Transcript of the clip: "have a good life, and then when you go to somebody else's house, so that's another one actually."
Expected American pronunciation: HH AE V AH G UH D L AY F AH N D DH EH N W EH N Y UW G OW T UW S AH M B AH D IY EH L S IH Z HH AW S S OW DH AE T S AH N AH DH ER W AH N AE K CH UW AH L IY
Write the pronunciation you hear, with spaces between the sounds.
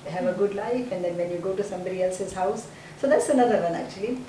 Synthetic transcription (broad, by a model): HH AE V AH G UH D L AY F AH N D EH N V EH N Y UW G OW T UW S AH M B AH D IY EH L S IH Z HH AW S S OW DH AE T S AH N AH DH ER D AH N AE K CH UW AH L IY